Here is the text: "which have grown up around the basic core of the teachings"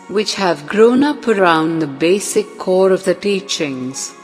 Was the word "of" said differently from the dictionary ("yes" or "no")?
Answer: no